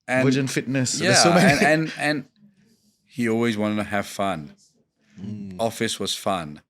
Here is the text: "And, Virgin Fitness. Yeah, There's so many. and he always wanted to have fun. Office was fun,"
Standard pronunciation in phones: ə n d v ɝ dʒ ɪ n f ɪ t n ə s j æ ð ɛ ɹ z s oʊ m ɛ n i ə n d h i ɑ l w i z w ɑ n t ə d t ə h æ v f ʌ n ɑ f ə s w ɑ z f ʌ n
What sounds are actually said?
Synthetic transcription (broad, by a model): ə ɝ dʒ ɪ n f ɪ t n ə s j æ s oʊ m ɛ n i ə n h i ɑ l w i z w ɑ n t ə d t ə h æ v f ʌ n ɑ f ə s w ɑ z f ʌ n